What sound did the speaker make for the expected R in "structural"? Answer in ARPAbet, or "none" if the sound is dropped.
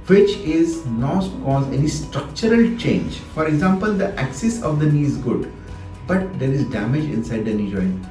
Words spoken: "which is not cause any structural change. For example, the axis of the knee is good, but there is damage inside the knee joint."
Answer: R